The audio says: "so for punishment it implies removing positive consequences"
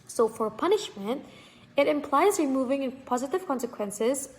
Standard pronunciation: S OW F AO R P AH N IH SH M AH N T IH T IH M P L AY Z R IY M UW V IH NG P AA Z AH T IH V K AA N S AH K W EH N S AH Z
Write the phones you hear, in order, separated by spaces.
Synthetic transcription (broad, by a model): S OW F AO R P AH N IH SH M AH N T IH T IH M P L AY Z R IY M UW V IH NG P AA Z AH T IH V K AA N S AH K W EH N S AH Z